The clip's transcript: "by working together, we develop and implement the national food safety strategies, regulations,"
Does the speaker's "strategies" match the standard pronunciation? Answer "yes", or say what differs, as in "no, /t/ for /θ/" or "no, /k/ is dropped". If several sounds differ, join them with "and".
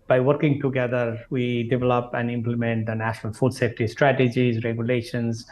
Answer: yes